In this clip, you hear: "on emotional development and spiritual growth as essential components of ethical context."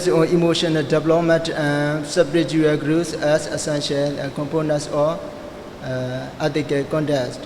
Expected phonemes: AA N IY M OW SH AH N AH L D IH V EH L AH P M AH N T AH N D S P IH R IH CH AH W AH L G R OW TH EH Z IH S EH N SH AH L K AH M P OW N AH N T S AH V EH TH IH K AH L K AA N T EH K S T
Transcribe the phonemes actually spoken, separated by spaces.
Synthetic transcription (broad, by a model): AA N IY M OW SH AH N AH L D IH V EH L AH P M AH N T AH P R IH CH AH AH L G R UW S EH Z IH S EH N SH AH L K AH M P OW N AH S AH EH T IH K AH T K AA N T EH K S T